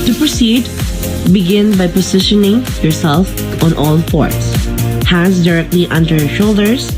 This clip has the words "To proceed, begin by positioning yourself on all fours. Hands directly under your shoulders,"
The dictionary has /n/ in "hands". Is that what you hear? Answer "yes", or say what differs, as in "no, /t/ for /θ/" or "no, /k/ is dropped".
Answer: no, /n/ is dropped